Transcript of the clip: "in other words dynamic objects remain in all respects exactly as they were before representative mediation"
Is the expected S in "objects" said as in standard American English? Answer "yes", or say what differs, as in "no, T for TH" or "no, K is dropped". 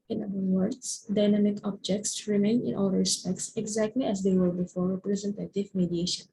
yes